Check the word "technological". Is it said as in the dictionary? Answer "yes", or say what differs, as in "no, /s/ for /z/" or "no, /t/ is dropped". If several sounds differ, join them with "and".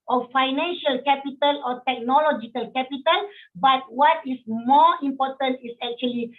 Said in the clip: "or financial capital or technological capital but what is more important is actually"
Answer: yes